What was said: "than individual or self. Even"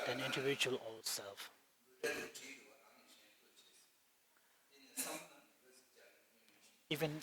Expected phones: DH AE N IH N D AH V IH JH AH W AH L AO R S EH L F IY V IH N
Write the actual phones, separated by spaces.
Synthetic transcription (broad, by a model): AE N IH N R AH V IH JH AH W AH L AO L S EH L F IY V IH N